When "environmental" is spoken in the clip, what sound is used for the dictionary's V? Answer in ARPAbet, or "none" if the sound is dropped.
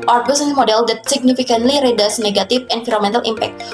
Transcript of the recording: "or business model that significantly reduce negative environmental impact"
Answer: F